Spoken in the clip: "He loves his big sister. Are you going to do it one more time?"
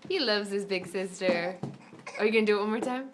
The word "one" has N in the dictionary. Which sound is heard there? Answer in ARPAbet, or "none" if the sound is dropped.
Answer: L